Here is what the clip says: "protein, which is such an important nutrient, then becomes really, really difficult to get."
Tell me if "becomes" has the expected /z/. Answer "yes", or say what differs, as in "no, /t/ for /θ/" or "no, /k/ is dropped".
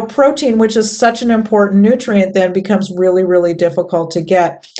yes